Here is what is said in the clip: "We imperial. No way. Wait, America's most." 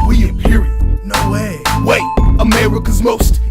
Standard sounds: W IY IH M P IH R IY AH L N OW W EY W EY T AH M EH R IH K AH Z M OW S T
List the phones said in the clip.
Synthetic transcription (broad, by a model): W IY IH P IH R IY N OW W EY W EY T AH M EH R IH K AH Z M OW S T